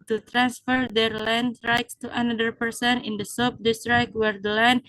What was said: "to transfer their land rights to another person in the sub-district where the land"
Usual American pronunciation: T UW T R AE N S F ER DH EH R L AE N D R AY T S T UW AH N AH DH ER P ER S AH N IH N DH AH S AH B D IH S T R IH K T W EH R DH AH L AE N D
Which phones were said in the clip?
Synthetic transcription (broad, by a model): T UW T R AE N S F ER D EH R L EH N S R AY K S T UW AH N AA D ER P ER S AH N IH N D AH S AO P D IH S T R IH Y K W EH R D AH L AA N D